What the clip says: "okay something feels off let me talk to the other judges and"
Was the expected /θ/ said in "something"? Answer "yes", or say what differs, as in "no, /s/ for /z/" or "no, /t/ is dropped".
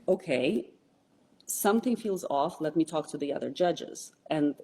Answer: yes